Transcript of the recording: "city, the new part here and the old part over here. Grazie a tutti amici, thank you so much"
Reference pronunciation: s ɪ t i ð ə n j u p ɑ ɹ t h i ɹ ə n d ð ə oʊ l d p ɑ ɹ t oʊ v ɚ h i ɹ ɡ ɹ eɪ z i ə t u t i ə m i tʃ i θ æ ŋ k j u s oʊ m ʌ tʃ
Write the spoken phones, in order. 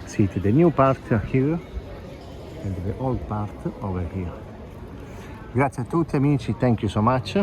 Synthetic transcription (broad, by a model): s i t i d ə n j u p ɑ ɹ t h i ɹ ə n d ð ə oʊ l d p ɑ ɹ t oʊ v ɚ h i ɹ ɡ ɹ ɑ s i ə t u t i ə m i tʃ i t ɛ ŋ k j u s oʊ m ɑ tʃ